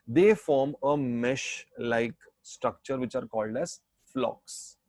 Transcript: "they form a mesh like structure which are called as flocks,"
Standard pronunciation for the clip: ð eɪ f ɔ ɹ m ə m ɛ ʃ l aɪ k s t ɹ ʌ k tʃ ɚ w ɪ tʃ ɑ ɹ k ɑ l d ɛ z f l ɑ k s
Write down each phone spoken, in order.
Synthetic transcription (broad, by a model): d eɪ f ɔ ɹ m ə m ɛ ʃ l aɪ k s t ɹ ʌ k tʃ ɚ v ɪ tʃ ɑ ɹ k ɑ l d ɛ z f l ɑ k s